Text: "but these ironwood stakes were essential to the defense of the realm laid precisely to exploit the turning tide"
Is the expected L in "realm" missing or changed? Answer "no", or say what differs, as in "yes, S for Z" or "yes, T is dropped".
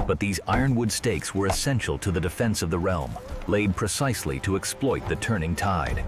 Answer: no